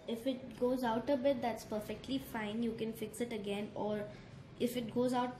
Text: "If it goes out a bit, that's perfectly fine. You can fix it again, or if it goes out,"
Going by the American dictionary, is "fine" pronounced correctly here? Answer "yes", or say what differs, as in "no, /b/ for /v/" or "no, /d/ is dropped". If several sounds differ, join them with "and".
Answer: yes